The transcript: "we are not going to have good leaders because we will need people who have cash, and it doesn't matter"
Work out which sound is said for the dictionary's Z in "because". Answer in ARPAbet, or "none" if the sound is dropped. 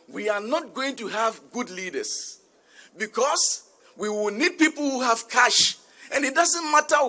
S